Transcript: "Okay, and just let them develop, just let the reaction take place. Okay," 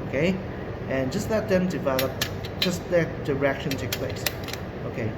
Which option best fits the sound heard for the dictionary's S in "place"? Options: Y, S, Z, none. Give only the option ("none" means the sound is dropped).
S